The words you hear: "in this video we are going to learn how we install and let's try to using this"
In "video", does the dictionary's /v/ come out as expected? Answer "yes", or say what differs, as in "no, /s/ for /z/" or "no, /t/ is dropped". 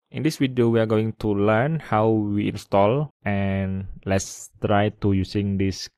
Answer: no, /w/ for /v/